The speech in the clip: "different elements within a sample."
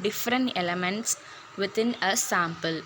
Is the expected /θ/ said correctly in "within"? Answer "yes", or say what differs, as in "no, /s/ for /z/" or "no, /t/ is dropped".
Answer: no, /t/ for /θ/